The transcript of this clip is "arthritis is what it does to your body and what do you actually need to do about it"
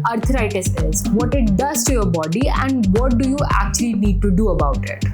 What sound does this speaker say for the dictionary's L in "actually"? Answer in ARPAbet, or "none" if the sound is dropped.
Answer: L